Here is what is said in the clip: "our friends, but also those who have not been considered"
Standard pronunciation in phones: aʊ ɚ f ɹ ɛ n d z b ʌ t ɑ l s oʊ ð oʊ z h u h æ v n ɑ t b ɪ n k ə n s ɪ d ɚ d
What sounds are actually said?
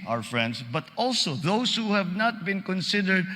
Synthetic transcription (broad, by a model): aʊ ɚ f ɹ ɛ n d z b ʌ t ɑ l s oʊ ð oʊ s h u h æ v n ɑ t b ɪ n k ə n s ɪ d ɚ d